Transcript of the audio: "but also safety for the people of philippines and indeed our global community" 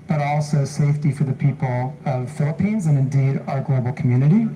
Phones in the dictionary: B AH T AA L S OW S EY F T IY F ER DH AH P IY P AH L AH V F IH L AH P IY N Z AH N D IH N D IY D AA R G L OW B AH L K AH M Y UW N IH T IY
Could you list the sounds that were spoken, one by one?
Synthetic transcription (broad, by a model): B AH T AA L S OW S EY F T IY F ER DH AH P IY P L AH V F IH L AH P IY N Z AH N IH N D IY D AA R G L OW B L K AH M Y UW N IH T IY